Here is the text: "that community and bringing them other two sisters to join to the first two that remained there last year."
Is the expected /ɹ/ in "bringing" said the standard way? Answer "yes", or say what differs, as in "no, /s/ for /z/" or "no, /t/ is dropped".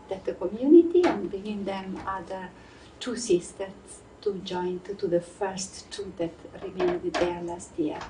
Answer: no, /ɹ/ is dropped